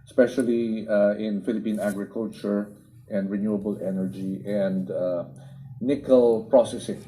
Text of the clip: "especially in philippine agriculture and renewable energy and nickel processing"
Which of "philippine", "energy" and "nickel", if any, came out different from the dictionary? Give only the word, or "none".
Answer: none